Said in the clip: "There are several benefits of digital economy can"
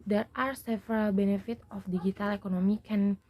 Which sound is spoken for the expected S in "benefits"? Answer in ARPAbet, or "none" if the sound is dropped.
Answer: none